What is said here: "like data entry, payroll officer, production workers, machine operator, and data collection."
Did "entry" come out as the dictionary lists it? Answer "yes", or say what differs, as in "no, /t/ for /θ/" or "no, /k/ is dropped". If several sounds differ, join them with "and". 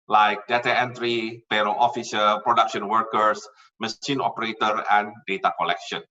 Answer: yes